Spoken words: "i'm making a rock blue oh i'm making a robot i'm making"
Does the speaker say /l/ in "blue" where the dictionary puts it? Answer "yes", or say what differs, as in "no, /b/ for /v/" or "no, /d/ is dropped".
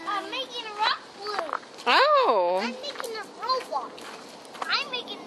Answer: no, /l/ is dropped